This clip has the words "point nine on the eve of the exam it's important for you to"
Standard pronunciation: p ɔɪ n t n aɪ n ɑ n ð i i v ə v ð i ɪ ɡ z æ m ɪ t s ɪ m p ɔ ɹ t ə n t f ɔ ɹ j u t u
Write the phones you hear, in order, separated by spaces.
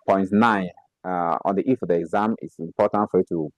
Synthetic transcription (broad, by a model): p ɔɪ n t n aɪ n ɑ n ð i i f ə v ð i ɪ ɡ z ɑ m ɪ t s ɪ m p ɔ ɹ t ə n t f ɔ ɹ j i t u